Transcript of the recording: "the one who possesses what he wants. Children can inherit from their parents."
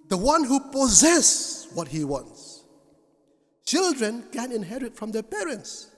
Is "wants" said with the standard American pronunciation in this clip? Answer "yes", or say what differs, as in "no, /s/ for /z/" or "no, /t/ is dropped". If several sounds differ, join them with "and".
yes